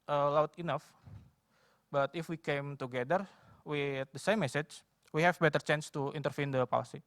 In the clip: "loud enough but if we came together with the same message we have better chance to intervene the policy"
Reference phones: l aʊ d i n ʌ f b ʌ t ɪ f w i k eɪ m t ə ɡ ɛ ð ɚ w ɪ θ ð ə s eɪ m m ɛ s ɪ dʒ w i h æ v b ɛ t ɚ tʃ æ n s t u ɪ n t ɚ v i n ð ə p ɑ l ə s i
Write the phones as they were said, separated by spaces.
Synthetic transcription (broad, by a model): l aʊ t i n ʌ f b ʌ t ɪ f w i k eɪ m t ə ɡ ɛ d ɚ w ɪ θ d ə s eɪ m m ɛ s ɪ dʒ w i h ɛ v b ɛ t ɚ tʃ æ n s t u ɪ n t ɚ f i n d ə p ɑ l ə s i